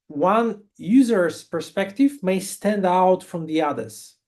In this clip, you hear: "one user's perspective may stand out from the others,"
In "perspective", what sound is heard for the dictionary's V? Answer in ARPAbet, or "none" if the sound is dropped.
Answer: V